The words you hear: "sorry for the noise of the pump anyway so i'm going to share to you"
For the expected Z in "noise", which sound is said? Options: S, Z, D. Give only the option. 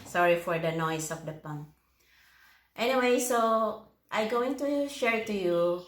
S